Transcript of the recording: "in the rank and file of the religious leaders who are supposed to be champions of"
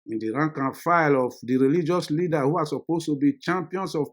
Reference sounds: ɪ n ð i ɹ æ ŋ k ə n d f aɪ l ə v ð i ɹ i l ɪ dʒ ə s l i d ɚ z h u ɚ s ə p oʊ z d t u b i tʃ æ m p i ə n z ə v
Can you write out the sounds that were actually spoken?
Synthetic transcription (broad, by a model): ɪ n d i ɹ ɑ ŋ k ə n f aɪ l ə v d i ɹ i l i dʒ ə s l i d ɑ h u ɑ s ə p oʊ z t u b i tʃ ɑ m p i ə n s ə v